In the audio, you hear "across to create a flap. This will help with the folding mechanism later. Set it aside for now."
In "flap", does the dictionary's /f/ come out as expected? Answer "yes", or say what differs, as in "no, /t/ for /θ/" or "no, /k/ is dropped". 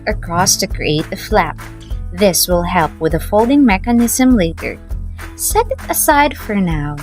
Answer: yes